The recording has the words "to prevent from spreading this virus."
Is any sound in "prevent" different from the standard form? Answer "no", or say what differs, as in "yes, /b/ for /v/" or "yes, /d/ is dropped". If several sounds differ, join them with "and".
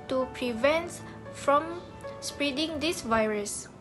no